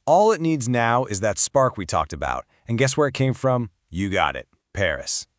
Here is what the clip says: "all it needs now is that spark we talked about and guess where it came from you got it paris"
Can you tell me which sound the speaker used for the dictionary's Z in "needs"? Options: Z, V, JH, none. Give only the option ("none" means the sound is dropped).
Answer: Z